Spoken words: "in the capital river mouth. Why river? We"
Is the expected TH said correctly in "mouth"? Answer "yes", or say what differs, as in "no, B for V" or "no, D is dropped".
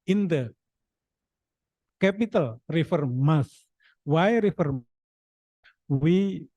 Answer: no, S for TH